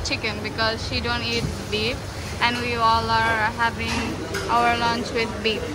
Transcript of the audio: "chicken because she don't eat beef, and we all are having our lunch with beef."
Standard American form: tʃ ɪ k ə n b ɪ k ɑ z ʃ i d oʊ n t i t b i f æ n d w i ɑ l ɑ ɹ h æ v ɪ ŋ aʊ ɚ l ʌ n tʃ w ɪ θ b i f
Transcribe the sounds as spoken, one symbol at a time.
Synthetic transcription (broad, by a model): tʃ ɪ k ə n b ɪ k ɑ z ʃ i d oʊ n t i t b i p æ n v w i ɑ l ɑ ɹ h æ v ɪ ŋ aʊ ɚ l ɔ n tʃ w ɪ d b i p